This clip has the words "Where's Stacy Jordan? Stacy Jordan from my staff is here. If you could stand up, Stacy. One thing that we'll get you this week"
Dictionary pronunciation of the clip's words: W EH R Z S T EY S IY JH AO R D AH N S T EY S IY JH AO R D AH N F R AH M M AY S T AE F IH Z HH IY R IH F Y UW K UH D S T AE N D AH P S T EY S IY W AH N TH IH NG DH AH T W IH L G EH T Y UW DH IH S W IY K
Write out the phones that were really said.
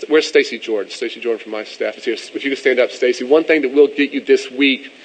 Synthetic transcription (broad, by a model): W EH R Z S T EY S IY JH AO R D N S T EY S IY JH AO R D N F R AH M M AY S T AE F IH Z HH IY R IH F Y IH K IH S T AE N D AH P S T EY S IY W AH N TH IH NG DH AH T W IH L G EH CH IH DH IH S W IY K